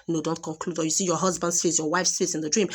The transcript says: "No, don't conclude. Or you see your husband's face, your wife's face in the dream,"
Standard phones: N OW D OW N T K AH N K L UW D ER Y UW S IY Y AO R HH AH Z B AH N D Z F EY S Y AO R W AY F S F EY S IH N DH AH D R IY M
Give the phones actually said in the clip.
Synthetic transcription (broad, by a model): N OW D OW N T K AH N K L UW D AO Y UW S IY Y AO HH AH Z B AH N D S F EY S Y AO W AY F S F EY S IH N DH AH D R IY M